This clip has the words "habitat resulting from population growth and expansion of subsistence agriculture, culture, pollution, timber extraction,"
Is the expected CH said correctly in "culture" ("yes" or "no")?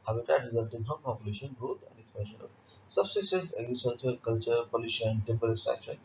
yes